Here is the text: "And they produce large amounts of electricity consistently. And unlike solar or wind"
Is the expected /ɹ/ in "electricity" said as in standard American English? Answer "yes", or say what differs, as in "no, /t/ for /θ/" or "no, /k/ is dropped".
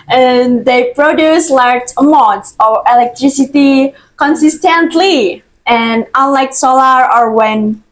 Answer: yes